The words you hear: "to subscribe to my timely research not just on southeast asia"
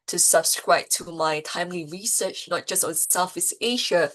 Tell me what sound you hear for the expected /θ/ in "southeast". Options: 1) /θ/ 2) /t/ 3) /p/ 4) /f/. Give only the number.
4